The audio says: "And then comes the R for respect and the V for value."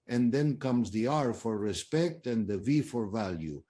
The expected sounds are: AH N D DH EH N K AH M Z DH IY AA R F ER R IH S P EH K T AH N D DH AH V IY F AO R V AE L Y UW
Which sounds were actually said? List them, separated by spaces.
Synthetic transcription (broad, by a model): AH N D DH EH N K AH M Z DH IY AA R F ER R IH S P EH K T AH N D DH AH V IY F AO R V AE L Y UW